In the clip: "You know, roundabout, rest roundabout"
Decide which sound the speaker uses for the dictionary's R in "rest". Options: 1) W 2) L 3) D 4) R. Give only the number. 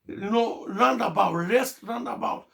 2